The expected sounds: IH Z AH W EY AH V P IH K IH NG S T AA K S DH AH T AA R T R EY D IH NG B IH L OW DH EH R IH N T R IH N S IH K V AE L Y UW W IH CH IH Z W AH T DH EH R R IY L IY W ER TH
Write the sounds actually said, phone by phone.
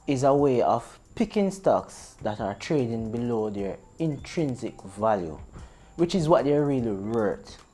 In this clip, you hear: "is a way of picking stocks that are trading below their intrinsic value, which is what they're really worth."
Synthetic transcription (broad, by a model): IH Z AH W EY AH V P IH K IH NG S T AA K S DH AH T AA R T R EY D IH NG B IH L OW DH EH R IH N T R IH N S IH K V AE L Y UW W IH CH IH Z W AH T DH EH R R IY L IY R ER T